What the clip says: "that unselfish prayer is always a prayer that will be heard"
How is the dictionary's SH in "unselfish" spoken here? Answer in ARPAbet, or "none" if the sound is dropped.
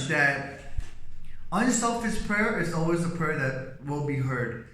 S